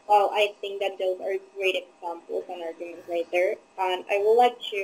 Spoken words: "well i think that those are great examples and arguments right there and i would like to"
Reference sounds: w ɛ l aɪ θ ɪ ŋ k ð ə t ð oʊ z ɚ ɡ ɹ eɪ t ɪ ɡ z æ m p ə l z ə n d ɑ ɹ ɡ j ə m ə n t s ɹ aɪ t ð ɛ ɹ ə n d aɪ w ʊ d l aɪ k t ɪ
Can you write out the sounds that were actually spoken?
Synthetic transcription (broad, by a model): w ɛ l aɪ θ ɪ ŋ k ð ə t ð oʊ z ɚ ɡ ɹ eɪ t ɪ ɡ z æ m p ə l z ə n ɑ ɹ ɡ j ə m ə n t ɹ aɪ t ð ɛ ɹ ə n aɪ w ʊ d l aɪ k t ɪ